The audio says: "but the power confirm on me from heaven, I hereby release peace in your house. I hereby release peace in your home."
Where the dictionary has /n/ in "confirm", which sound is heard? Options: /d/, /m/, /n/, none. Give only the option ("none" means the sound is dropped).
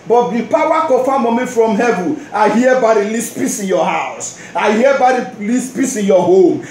none